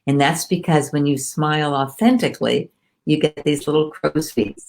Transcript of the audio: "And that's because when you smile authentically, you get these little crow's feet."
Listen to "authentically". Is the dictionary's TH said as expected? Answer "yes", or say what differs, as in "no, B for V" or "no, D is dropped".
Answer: yes